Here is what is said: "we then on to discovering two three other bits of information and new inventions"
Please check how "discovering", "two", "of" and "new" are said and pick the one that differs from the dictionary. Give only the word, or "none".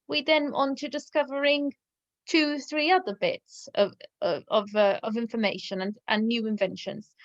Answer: none